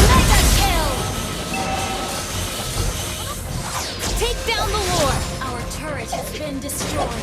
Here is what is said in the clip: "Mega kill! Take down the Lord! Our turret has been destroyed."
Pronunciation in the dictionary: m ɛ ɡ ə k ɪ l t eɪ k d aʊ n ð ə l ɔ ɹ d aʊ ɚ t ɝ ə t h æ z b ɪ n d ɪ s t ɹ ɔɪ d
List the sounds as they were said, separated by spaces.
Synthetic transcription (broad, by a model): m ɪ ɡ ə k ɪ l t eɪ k d aʊ n ð ə w ɔ ɹ aʊ ɚ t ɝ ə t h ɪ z b ɪ n d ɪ s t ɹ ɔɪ